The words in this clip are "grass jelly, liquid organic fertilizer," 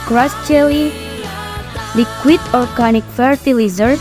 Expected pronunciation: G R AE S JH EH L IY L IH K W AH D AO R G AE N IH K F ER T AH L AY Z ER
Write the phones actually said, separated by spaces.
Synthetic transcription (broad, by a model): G R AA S CH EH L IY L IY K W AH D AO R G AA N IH K F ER T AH L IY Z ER